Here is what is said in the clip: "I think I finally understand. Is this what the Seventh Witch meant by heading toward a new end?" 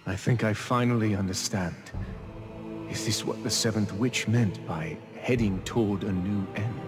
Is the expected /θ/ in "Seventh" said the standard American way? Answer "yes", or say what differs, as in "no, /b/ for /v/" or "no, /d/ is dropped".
yes